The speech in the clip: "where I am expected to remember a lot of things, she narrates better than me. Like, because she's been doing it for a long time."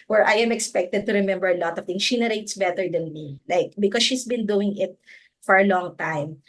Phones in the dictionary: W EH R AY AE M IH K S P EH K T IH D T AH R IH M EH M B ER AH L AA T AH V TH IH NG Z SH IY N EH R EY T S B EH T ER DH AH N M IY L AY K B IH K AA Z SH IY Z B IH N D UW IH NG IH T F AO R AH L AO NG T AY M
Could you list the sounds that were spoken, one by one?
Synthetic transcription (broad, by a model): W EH R AY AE M IH K S P EH K T IH D T AH R IH M EH M B ER AH L AA T AH V T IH NG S SH IY N EH R EY T S B EH T ER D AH N M IY L AY K B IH K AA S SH IY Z B IH N D UW IH NG IH T F AO R AH L AO NG T AY M